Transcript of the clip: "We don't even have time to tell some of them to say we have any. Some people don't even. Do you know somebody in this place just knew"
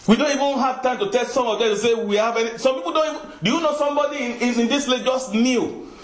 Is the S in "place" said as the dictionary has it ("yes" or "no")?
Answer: no